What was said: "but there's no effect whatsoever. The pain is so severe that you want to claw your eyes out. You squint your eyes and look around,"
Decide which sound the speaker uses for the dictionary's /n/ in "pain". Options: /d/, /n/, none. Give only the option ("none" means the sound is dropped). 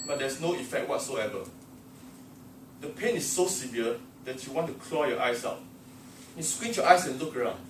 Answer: /n/